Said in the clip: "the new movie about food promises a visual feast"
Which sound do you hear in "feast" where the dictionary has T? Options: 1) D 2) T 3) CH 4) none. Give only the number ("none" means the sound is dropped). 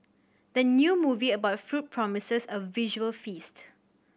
2